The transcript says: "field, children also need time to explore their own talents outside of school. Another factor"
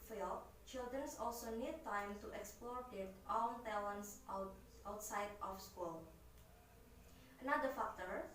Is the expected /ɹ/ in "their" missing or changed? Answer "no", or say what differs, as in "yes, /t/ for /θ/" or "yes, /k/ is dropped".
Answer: yes, /l/ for /ɹ/